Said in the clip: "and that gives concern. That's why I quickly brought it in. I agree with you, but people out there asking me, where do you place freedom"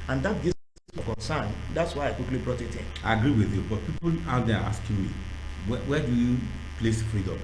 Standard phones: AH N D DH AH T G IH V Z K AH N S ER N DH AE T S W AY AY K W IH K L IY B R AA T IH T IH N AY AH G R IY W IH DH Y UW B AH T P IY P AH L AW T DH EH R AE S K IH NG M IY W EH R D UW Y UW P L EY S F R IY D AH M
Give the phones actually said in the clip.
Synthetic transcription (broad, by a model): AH N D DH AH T G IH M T K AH N S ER N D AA T S W AY AY K W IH K L IY B R AA T IH T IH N AY AH G R IY W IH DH Y UW B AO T P IY P AH L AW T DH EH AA S K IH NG M IY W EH W D UW Y UW P L EY S F R IY D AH M